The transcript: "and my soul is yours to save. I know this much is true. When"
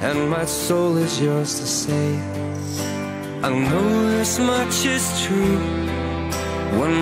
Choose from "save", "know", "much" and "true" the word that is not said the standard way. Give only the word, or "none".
save